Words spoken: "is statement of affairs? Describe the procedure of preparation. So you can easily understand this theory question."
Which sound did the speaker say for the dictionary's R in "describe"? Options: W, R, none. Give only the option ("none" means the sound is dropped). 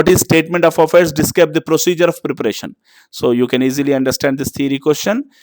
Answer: none